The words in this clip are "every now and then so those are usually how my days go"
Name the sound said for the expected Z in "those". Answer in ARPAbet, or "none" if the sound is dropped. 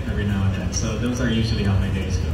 Z